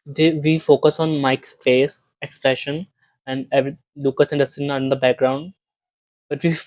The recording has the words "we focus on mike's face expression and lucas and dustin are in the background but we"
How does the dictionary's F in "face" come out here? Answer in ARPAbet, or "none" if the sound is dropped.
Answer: P